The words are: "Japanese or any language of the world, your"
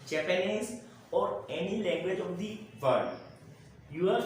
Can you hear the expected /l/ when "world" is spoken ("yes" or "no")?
no